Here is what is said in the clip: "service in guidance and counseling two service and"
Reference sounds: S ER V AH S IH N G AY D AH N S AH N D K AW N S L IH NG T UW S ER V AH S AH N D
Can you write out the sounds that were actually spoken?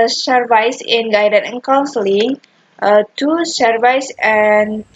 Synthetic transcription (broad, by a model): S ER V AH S IH N G AY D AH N AH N K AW N S L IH NG T UW S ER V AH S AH N